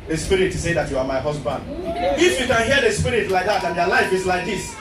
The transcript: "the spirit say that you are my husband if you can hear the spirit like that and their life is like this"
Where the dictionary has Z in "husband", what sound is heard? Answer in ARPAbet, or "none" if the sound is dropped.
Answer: S